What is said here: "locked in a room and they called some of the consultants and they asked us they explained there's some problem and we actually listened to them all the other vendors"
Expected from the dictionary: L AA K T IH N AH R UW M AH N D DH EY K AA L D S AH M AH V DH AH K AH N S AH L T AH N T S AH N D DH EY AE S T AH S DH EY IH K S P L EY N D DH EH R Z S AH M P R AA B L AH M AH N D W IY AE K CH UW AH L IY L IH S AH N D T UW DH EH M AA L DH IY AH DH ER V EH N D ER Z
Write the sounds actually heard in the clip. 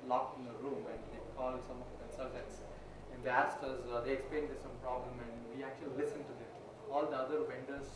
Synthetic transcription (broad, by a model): L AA K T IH N AH R UW M AH N D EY K AA L D S AH M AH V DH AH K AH N S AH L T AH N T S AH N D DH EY AE S T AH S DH EY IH K S P L EY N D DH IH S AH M P R AA B L AH M AH N D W IY AE K CH UW AH L IY L IH S AH N D T UW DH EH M AA L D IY AH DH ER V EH N D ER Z